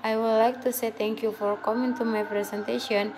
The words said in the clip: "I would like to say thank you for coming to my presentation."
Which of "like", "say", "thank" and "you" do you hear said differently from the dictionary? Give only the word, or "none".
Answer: thank